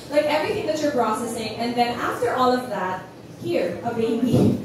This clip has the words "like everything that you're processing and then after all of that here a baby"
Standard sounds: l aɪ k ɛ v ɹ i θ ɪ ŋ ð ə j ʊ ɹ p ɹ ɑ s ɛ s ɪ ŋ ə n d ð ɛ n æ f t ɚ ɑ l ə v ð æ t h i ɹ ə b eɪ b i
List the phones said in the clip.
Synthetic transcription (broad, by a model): l aɪ k ɛ v ɹ i θ ɪ ŋ ð ə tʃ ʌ ɹ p ɹ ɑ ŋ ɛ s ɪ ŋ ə n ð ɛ n æ f t ɚ ɑ l ə v ð æ t h i ɹ ə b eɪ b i